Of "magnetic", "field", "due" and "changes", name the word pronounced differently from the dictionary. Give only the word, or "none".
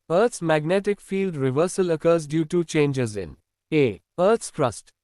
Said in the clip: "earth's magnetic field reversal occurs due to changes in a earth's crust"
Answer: none